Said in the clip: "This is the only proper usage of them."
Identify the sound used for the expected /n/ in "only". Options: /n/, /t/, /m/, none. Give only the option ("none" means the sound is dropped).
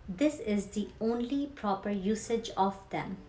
/n/